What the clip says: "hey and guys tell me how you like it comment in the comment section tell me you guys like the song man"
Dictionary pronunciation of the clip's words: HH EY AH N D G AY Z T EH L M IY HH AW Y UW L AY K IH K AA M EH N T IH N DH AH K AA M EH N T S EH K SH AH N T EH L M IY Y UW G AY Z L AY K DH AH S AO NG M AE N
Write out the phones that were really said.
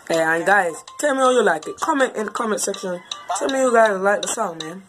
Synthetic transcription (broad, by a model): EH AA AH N G AY Z T EH L M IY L Y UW L AY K IH K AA M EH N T IH N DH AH K AA M EH N T S EH K SH AH N T EH L M IY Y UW G AY Z L AY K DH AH S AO M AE N